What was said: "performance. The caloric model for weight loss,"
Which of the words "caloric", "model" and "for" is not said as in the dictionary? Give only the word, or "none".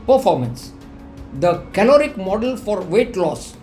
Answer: none